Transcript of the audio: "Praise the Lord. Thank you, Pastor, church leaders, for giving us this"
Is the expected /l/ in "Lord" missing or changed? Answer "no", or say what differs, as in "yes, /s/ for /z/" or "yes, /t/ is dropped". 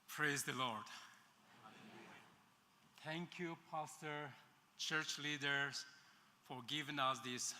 no